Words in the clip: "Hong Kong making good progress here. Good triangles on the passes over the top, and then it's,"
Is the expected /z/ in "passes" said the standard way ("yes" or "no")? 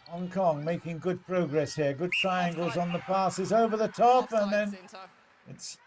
yes